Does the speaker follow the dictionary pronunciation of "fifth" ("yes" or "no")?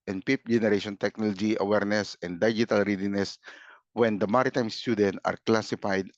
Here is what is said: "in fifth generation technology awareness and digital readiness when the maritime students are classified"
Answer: no